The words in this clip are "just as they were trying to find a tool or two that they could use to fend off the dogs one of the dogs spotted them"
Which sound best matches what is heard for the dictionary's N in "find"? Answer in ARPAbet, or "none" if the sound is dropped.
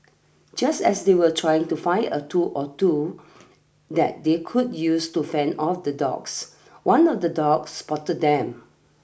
none